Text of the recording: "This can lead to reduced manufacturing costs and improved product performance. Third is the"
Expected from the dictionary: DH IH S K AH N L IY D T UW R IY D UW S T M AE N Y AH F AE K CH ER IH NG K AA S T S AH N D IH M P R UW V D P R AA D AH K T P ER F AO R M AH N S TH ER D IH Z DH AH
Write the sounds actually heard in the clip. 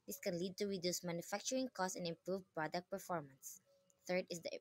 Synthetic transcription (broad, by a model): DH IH S K AH N L IY D T UW R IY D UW S M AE N Y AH F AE K CH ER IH NG K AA S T AH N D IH M P R UW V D P R AA D AH K T P ER F AO R M AH N S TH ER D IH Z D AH